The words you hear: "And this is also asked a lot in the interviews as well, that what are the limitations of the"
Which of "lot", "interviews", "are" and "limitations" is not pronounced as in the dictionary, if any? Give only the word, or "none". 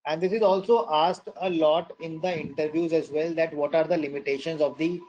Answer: none